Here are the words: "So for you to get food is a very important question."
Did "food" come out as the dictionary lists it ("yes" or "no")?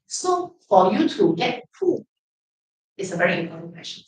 no